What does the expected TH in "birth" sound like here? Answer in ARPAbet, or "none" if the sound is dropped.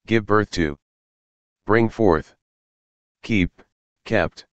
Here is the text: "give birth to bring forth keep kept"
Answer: TH